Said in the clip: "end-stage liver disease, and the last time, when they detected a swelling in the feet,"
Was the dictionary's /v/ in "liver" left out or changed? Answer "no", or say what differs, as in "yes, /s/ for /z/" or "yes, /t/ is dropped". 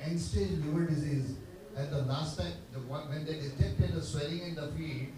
yes, /v/ is dropped